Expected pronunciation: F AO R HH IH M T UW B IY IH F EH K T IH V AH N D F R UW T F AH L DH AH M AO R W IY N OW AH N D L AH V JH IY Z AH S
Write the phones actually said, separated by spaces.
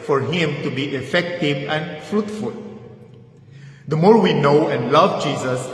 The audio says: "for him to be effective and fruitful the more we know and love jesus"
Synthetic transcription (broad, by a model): F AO R HH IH M T UW B IY IH F EH K T IH V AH N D F R UW T F AH L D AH M AO R W IY N OW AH N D L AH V JH IY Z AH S